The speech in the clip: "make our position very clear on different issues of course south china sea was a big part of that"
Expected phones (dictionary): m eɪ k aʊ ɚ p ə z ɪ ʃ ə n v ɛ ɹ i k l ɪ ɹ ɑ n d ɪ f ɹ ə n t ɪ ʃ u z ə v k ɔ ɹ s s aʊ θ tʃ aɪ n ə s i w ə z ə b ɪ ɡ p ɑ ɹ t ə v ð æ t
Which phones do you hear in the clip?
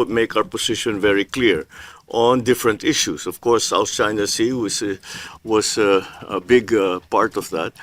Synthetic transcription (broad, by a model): m eɪ k aʊ ɚ p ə s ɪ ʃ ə n v ɛ ɹ i k l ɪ ɹ ɑ n d ɪ f ɹ ə n t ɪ ʃ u s ə v k ɔ ɹ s s aʊ θ tʃ aɪ n ə s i w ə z ə b ɪ ɡ p ɑ ɹ t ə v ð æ t